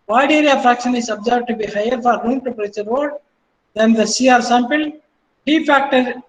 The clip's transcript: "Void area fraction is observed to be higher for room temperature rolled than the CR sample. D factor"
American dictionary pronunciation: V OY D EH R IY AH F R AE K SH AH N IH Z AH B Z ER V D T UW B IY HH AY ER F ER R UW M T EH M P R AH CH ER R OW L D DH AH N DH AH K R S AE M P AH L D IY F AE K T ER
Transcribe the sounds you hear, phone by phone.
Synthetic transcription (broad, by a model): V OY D EH R IY AH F R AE K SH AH N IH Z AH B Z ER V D T UW B IY HH AY ER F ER R UW M T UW P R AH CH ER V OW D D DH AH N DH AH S R S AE M P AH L D IY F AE K T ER